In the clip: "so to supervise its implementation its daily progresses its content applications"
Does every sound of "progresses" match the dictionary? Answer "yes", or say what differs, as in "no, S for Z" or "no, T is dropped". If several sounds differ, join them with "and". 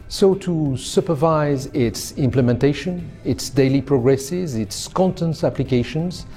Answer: yes